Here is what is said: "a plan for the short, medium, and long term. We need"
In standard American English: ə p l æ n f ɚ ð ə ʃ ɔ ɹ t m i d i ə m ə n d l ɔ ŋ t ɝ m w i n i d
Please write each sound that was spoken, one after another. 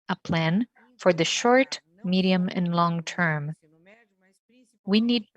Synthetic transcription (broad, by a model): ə p l æ n f ɚ ð ə ʃ ɔ ɹ t m i d i ə m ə n l ɔ ŋ t ɝ m w i n i d